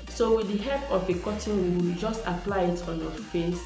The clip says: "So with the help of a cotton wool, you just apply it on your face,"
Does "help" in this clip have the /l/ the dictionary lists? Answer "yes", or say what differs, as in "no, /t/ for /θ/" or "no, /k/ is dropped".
no, /l/ is dropped